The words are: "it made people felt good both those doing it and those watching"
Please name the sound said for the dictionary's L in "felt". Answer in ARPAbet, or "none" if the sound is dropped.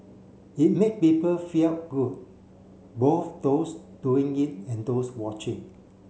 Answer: none